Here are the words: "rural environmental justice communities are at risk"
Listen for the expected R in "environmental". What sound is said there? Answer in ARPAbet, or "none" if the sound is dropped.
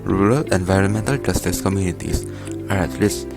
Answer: R